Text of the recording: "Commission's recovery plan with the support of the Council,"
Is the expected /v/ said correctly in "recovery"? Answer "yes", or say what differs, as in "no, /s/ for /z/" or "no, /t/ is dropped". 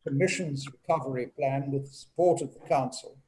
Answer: yes